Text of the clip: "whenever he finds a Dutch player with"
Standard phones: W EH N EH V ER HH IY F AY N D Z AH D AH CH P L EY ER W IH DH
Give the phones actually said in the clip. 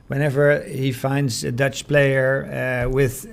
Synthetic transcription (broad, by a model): W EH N EH V ER HH IY F AY N D Z AH D AH CH P L EY ER W IH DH